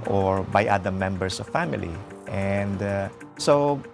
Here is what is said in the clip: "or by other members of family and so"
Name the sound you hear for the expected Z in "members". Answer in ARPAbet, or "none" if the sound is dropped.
S